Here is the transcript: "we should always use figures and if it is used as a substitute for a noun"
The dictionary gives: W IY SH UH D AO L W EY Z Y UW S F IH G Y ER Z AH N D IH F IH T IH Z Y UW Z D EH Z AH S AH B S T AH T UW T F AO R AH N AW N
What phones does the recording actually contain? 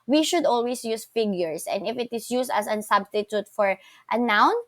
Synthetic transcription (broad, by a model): W IY SH UH D AO L W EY S Y UW S F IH G Y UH S AH N D IH F IH T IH S Y UW S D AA S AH S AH B S T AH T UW T F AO R AH N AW N